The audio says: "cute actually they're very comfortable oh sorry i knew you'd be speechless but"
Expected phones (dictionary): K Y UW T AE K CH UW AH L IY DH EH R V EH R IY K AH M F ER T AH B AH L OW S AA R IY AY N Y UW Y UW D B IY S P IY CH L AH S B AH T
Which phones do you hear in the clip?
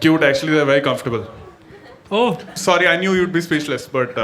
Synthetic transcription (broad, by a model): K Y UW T AE K CH UW AH L IY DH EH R V EH R IY K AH M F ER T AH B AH L OW S AA R IY AY N Y UW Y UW D B IY S P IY SH L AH S B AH T